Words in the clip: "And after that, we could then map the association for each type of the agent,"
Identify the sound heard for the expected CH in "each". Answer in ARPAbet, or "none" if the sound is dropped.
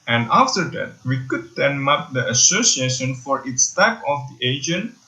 S